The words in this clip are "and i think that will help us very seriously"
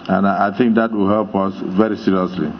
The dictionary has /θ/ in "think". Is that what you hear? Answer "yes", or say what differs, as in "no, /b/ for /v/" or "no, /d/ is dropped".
no, /t/ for /θ/